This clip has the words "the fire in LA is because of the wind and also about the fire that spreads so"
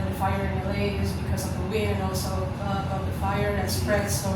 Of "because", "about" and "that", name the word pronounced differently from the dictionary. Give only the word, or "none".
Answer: about